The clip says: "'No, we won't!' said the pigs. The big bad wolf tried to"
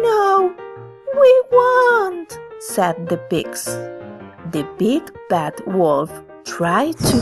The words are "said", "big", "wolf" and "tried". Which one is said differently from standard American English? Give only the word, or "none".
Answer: none